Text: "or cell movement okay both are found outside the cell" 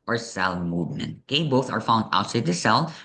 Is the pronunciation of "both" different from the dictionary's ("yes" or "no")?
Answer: no